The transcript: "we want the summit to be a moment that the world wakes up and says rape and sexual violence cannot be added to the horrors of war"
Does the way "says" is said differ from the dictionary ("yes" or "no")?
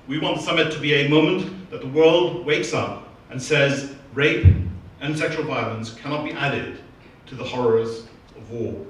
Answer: no